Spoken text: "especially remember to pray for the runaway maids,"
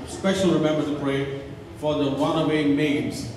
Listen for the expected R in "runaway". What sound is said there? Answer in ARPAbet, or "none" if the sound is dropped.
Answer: W